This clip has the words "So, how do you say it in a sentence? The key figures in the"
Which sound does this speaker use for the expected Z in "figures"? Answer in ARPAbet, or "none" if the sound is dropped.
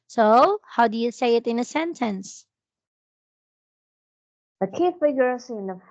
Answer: S